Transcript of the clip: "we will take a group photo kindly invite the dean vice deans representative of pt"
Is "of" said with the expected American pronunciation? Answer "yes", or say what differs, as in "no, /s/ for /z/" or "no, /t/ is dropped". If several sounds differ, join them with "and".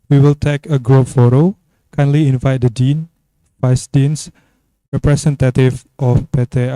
no, /p/ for /v/